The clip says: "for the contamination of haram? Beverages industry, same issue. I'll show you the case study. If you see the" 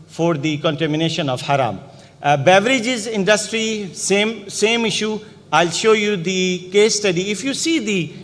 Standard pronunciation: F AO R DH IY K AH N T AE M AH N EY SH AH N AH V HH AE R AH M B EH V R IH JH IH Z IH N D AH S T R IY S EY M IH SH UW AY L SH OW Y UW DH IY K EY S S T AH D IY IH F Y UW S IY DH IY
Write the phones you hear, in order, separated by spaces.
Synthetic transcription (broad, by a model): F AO R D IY K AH N T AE M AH N EY SH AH N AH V HH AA R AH M B EH V R IH JH IH Z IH N D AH S T R IY S EY M IH SH UW AY L SH OW Y UW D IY K EY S S T AH D IY IH F Y UW S IY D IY